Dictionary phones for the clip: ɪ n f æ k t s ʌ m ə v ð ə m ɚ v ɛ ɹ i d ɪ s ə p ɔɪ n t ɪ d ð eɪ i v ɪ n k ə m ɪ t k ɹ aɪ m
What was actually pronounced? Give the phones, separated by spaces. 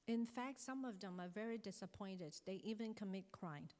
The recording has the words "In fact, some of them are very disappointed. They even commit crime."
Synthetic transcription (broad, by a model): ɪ n f æ k t s ʌ m ə v ð ə m ɚ v ɛ ɹ i d ɪ s ə p ɔɪ n t ɪ d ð eɪ i v ɪ n k ə m ɪ t k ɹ aɪ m